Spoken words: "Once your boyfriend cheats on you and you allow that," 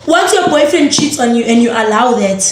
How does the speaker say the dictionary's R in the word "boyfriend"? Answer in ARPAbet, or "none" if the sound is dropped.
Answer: none